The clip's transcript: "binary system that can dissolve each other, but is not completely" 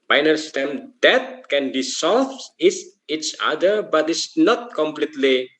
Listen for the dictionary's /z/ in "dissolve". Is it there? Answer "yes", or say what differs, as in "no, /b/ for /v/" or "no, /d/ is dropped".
no, /s/ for /z/